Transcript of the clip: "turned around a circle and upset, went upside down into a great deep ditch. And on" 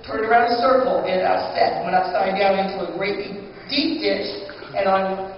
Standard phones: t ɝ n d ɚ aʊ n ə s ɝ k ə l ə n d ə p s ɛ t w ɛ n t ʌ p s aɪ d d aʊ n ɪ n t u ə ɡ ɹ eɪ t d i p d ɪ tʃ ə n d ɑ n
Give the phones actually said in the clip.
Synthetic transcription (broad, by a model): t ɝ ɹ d ɚ aʊ n ə s ɝ k l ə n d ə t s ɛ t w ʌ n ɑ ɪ s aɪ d d aʊ n ɪ n t u ə ɡ ɹ eɪ t d i p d ɪ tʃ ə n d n